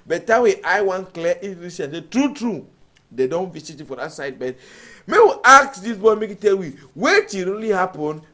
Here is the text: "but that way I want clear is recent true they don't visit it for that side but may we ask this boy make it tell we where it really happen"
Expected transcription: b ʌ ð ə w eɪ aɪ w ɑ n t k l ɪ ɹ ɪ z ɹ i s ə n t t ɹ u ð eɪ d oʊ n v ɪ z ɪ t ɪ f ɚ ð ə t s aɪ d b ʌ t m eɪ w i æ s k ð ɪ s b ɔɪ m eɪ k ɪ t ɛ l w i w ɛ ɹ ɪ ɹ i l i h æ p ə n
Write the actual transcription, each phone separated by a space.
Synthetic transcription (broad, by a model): b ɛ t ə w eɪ aɪ w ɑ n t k l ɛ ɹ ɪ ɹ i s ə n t t ɹ u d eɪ d oʊ n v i s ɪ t ɪ f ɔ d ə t s aɪ d b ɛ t m eɪ w i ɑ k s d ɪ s b ɔɪ m eɪ k ɪ t ɛ l w i w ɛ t ɪ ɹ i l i h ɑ p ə n